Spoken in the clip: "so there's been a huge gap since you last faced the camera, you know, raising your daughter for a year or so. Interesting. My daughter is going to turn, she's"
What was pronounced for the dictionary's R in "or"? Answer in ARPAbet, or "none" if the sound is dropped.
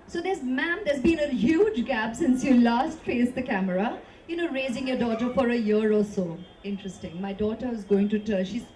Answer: L